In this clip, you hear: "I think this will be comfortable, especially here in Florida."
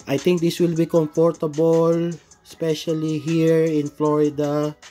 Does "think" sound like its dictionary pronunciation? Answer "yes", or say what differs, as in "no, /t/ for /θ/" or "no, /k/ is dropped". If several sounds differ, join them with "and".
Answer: no, /t/ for /θ/